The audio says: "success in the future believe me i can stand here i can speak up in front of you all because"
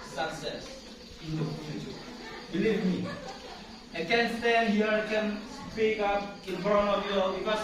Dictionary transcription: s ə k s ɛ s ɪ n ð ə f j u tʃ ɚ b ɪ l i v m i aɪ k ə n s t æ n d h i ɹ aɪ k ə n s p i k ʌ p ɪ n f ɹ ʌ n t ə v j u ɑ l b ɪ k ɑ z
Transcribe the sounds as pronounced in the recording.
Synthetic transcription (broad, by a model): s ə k s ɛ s ɪ n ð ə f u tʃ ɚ b ɪ l i v m i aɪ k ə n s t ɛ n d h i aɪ k ə n s p i k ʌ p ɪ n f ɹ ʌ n ə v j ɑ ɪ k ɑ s